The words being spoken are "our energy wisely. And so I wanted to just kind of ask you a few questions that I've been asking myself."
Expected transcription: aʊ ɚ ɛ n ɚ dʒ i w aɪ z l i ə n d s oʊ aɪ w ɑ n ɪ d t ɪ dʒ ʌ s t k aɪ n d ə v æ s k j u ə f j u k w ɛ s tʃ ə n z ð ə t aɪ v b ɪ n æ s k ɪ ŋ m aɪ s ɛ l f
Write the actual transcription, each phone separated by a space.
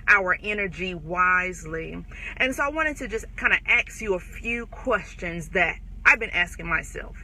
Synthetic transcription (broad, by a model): aʊ ɚ ɛ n ɚ dʒ i w aɪ z l i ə n s oʊ aɪ w ɑ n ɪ d t ɪ dʒ ʌ s t k aɪ n d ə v æ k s j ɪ ə f j u k w ɛ s tʃ ə n z ð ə t aɪ v b ɪ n æ s k ɪ ŋ m aɪ s ɛ l f